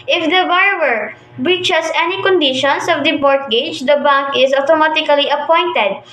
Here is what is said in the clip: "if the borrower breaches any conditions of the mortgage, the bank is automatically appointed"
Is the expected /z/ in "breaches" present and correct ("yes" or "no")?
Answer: no